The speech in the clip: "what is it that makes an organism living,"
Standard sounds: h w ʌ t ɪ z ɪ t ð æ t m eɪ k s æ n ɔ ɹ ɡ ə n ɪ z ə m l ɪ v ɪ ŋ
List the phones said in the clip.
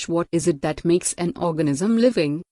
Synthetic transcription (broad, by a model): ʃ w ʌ t ɪ z ɪ t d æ t m eɪ k s æ n ɔ ɹ ɡ ə n ɪ z ə m l ɪ v ɪ ŋ